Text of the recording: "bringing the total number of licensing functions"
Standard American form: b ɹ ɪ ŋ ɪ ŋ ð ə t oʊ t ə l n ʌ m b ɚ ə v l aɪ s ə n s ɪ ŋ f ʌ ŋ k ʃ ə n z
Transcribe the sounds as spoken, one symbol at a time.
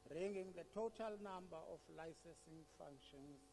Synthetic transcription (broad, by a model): ɹ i ŋ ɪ ŋ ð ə t oʊ t ə l n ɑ m b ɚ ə f l aɪ s ə n s ɪ ŋ f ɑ ŋ k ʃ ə n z